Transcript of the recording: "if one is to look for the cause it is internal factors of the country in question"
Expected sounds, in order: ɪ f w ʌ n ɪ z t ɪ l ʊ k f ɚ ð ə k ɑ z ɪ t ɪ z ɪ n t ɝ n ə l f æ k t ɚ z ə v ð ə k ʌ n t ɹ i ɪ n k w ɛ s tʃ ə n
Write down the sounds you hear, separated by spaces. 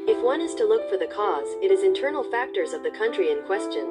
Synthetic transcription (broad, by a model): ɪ f w ʌ n ɪ z t ɪ l ʊ k f ɚ ð ə k ɑ z ɪ t ɪ z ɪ n t ɝ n l f æ k t ɚ z ə v ð ə k ʌ n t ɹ i ɪ n k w ɛ s tʃ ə n